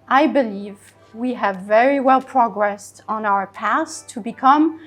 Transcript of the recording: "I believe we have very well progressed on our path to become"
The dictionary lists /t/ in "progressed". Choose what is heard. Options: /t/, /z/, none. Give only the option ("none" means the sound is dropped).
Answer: /t/